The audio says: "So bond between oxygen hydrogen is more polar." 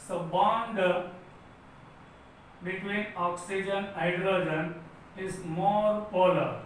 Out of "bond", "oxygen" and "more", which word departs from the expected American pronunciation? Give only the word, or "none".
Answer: none